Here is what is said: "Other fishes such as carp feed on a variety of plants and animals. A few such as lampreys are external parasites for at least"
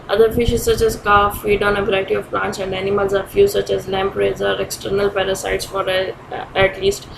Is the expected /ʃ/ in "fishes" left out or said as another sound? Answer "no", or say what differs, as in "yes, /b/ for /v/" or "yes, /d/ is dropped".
no